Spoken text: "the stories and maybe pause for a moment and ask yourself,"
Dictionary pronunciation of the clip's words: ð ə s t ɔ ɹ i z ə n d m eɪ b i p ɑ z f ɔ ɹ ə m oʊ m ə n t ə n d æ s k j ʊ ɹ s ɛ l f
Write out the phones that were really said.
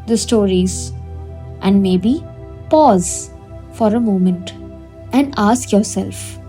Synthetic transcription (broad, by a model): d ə s t ɔ ɹ i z ə n d m eɪ b i p ɑ z f ɔ ɹ ə m oʊ m ə n t ə n d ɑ s k j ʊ ɹ s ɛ l f